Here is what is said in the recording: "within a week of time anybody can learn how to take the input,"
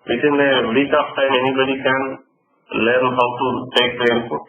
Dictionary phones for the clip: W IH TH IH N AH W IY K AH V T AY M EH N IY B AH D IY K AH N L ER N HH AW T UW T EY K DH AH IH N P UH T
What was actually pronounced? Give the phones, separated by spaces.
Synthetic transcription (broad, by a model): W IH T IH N AH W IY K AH P T AY M EH N IY B AH D IY K AH N L ER N HH AW T UW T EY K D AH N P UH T